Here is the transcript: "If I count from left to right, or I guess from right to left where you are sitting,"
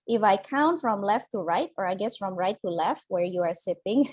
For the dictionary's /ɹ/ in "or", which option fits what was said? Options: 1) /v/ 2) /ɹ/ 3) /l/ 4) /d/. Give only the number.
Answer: 2